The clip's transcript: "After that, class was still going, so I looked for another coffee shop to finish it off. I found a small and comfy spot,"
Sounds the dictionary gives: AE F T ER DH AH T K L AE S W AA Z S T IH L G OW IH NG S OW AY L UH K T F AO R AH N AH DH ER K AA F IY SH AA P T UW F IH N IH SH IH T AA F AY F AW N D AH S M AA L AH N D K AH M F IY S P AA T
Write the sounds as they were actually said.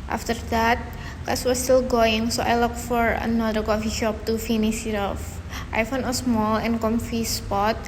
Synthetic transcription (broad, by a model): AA F T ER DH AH T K AA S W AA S T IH L G OW IH NG S OW AY L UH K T F AO R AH N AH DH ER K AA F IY SH AA P T UW F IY N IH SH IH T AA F AY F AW N AH S M AA L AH N K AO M F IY S P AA T